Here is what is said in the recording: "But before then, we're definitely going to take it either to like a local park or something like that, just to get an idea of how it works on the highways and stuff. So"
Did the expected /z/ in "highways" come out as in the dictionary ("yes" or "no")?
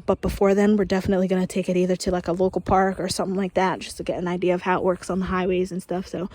yes